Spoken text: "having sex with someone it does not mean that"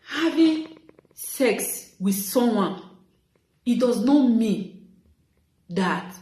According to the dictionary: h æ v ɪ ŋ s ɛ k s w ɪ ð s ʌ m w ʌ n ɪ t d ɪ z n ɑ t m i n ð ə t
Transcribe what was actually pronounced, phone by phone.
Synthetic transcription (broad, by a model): h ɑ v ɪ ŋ s ɛ k s w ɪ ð s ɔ m w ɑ n ɪ t d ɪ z n ɑ t m i n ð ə t